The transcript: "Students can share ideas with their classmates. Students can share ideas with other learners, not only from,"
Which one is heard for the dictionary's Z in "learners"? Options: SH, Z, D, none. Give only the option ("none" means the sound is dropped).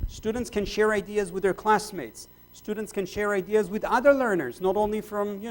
Z